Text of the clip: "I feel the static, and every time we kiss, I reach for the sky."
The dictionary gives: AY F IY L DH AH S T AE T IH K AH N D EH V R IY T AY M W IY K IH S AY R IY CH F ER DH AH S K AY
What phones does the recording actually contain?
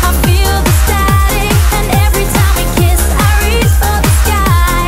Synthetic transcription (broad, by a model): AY F IY L DH AH S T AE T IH AH N EH V R IY T AY M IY K IH S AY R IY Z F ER DH AH S K AY